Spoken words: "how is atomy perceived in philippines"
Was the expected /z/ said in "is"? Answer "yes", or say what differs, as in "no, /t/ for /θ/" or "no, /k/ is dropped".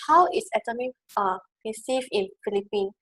no, /s/ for /z/